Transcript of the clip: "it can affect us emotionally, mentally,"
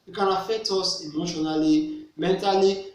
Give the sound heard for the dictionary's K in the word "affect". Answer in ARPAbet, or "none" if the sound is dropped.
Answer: none